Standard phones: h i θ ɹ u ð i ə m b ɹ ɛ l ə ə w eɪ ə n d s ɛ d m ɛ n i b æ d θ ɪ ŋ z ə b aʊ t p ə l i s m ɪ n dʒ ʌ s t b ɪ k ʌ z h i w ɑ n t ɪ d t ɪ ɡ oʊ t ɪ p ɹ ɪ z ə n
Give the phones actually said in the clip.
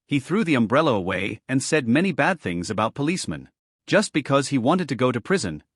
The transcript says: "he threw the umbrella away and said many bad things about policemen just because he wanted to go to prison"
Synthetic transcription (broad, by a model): h i θ ɹ u ð i ə m b ɹ ɛ l ə ə w eɪ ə n s ɛ d m ɛ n i b æ d θ ɪ ŋ z ə b aʊ t p ə l i s m ɪ n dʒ ʌ s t b ɪ k ʌ z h i w ɑ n t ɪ d t ɪ ɡ oʊ t ɪ p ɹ ɪ z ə n